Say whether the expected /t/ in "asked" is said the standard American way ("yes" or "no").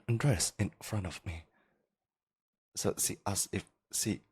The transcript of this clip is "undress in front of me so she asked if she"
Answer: no